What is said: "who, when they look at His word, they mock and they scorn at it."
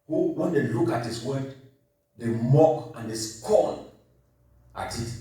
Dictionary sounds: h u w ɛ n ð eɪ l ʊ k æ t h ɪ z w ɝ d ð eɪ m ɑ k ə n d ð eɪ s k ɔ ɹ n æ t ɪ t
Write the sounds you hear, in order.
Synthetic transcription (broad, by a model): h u w ɛ n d eɪ l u k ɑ t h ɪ s w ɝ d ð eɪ m ɑ k ə n d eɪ s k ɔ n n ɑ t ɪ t